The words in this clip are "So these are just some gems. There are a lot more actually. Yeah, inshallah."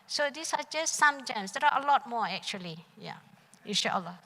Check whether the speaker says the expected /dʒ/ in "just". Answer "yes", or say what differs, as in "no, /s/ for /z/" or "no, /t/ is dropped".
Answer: yes